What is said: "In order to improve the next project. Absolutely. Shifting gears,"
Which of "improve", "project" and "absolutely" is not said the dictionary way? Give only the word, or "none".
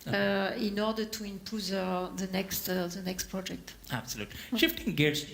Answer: improve